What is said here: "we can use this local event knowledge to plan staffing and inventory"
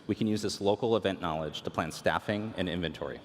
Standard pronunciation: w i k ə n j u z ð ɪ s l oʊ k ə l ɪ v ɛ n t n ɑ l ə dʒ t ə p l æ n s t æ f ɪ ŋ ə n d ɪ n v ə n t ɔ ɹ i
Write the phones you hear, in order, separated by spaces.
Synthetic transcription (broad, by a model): w i k ə n j u z ð ɪ s l oʊ k l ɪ v ɛ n n ɑ l ə dʒ t ə p l æ n s t æ f ɪ ŋ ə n ɪ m v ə n t ɔ ɹ i